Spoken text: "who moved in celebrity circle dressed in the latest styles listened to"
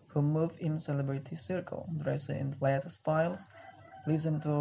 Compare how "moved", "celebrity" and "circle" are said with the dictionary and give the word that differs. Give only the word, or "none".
moved